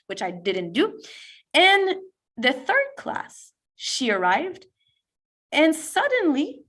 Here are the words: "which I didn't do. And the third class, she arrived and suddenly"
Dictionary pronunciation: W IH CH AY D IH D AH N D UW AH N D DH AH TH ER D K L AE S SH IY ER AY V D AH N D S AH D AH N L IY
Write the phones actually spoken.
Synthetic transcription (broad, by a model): W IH CH AY D IH D N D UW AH N DH AH TH ER D K L AE S SH IY ER AY V D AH N S AH D N L IY